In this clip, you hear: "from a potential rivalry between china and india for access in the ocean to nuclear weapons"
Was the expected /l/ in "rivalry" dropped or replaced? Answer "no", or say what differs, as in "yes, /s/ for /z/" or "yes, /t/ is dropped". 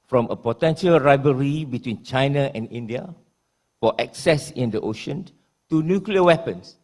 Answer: yes, /l/ is dropped